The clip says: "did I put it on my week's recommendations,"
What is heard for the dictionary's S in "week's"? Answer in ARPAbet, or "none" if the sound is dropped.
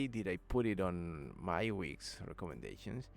S